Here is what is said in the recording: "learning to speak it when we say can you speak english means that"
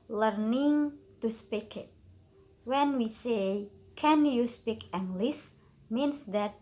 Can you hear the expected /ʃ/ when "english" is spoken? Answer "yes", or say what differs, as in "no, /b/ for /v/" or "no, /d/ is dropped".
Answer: no, /s/ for /ʃ/